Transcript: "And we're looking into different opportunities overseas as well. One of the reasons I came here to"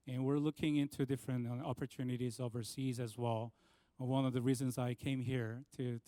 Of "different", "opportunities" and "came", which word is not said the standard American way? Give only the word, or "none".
none